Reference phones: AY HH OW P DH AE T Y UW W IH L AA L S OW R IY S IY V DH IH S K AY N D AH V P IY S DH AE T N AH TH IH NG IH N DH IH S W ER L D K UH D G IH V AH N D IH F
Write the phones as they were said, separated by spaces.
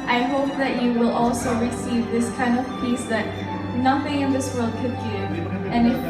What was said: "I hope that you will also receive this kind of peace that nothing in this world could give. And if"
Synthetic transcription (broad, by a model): AY HH OW P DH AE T Y UW W IH L AA L S OW R IY S IY V DH IH S K AY N D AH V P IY S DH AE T N AH TH IH NG IH N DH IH S W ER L D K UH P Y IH AH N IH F